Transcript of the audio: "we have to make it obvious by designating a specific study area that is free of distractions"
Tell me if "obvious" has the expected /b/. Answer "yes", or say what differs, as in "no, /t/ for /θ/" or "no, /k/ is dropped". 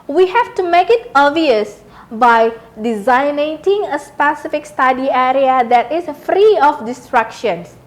no, /b/ is dropped